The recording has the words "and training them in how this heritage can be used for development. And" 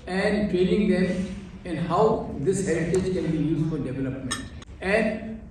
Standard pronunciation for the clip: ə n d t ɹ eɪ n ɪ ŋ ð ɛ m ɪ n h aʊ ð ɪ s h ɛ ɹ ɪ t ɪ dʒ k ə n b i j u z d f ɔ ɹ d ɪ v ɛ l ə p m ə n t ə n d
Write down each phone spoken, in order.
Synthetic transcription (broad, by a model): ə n d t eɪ l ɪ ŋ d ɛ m ɪ n h aʊ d ɪ s h ɛ ɹ ɪ t ɪ dʒ k ə n b i j u z d f ɔ ɹ d ɪ v ɛ l ə p m ə n t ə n d